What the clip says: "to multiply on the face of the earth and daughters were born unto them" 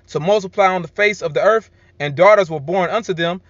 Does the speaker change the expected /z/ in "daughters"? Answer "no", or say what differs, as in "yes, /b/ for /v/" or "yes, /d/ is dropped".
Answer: no